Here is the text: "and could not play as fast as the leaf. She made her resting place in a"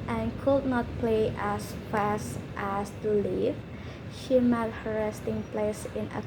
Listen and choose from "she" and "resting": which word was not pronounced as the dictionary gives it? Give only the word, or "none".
none